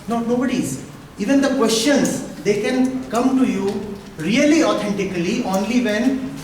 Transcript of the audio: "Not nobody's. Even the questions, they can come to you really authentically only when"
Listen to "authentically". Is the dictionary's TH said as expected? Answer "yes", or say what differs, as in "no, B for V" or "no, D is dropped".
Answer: no, T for TH